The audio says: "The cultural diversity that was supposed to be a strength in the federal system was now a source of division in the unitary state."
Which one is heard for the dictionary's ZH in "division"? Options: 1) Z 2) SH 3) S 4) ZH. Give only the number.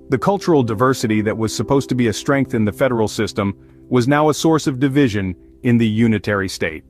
4